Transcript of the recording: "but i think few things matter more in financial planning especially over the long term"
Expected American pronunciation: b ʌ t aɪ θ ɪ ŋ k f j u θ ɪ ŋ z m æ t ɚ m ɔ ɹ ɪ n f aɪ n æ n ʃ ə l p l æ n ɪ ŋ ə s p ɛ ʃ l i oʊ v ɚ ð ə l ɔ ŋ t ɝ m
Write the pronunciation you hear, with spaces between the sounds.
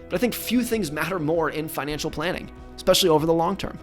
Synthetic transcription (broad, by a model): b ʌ t aɪ θ ɪ ŋ k f j u θ ɪ ŋ z m æ t ɚ m ɔ ɹ ɪ n f aɪ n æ n ʃ l p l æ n ɪ ŋ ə s p ɛ ʃ l i oʊ v ɚ ð ə l ɔ ŋ t ɝ m